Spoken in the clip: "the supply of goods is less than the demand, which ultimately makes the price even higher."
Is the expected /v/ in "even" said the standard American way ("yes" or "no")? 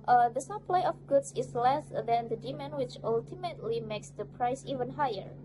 yes